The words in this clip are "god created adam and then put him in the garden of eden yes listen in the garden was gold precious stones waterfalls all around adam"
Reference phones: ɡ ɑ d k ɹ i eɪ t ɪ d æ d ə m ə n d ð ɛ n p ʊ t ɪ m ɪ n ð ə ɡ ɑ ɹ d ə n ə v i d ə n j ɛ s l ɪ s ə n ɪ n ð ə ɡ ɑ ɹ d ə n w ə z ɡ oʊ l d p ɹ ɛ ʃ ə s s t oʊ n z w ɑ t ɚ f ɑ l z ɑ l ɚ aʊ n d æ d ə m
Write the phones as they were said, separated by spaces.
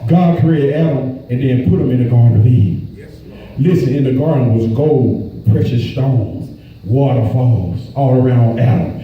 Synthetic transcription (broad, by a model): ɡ ɑ d k i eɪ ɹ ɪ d æ d ə m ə n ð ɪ n p ʊ t ɪ m ɪ n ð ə ɡ ɑ ɹ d n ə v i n l ɪ s ə n ɪ n ð ə ɡ ɑ ɹ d n w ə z ɡ oʊ l d p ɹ ɛ ʃ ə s s t oʊ n z w ɑ t ɚ f ɑ l z ɑ l ɚ aʊ n d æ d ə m